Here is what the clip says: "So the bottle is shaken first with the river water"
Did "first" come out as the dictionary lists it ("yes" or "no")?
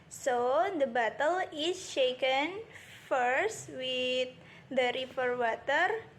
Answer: yes